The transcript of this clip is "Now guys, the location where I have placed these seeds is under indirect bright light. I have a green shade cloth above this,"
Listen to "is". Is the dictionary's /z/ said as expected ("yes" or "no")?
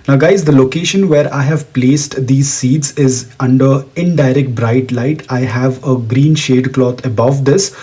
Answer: yes